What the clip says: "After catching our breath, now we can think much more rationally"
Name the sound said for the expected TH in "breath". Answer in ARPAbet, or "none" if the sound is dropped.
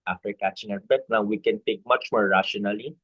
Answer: T